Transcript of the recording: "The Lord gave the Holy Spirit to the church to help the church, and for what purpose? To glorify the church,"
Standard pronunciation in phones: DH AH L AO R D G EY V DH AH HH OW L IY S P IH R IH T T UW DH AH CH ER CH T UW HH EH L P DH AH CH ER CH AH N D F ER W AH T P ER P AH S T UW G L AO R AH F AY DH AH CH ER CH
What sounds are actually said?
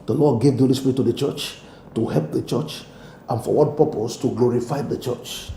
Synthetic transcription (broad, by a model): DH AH L AO D G EY V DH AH HH OW L IY S P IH R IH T T UW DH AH CH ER CH T UW HH EH L P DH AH CH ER CH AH N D F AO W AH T P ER P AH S T UW G L AO R AH F AY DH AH CH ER CH